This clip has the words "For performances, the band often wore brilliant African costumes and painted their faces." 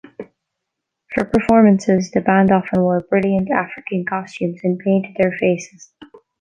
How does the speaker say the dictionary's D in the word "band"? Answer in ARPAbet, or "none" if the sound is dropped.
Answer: D